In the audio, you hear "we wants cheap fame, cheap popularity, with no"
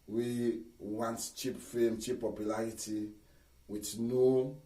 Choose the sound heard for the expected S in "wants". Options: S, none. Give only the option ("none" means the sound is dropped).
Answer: none